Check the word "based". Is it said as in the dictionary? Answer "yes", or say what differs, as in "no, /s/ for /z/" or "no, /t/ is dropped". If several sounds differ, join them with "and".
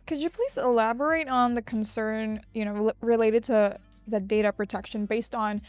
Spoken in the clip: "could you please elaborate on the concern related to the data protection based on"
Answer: yes